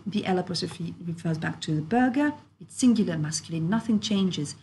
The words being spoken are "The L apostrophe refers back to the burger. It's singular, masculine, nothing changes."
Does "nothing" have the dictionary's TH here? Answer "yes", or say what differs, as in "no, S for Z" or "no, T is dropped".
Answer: yes